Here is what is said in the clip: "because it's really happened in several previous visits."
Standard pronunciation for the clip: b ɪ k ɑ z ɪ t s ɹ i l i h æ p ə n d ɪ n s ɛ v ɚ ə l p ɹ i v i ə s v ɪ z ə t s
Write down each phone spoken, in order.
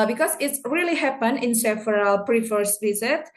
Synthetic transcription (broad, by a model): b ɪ k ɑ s ɪ t s ɹ i l i h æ p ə n ɪ n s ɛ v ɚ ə l p ɹ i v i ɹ s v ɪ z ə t